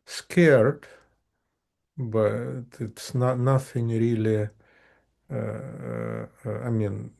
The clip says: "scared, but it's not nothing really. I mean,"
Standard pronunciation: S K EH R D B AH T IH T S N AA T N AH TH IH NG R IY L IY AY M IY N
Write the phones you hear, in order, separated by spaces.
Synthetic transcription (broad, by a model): S K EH R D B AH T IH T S N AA N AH F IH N R IY L IY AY M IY N